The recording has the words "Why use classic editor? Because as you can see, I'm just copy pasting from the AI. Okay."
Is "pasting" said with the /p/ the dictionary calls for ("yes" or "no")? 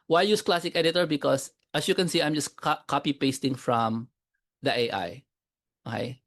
yes